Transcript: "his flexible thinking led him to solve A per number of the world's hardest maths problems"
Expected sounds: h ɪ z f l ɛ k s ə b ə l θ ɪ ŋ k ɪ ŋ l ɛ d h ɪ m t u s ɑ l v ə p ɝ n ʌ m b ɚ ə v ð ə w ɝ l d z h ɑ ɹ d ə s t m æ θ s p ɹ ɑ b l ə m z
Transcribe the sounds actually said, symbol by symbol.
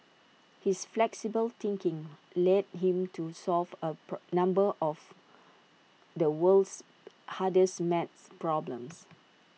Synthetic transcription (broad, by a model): h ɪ s f l ɛ k s ə b ə l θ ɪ ŋ k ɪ ŋ l ɛ d h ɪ m t u s ɑ l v ə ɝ n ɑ m b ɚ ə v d ə w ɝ l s h ɑ d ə s m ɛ t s p ɹ ɑ b l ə m s